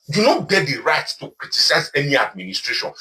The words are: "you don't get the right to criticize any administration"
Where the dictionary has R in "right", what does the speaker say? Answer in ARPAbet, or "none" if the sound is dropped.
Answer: R